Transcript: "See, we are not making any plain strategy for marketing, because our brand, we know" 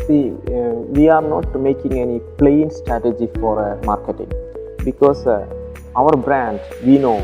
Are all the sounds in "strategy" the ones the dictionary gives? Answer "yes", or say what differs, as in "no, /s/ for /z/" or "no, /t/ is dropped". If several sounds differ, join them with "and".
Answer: yes